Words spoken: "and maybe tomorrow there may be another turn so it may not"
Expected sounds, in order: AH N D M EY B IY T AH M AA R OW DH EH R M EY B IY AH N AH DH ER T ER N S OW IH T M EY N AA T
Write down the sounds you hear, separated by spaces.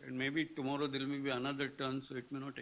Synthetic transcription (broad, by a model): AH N D M EY B IY T AH M AA R OW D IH L M EY B IY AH N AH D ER T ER N S OW IH T M EY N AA T